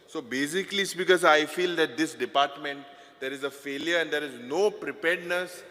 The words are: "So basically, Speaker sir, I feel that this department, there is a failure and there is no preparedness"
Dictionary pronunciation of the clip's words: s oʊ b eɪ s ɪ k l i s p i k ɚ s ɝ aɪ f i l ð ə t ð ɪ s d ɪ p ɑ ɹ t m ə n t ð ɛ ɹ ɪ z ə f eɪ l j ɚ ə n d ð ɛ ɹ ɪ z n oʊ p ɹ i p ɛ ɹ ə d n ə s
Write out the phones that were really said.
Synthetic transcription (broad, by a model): s oʊ b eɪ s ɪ k l i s b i k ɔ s aɪ f i l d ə t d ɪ s d ɪ p ɑ ɹ t m ə n t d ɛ ɹ ɪ z ə f eɪ l j ɚ ə n d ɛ ɹ ɪ z n oʊ p ɹ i p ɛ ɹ d n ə s